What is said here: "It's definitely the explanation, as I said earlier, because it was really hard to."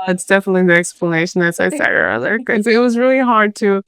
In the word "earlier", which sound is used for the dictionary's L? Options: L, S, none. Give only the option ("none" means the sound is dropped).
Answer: none